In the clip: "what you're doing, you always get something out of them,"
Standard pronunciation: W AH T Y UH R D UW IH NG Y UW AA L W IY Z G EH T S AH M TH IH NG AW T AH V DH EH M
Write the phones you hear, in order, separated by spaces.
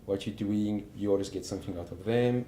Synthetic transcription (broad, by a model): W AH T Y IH D UW IH NG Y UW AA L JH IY S G EH T S AH M TH IH NG AW T AH V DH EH M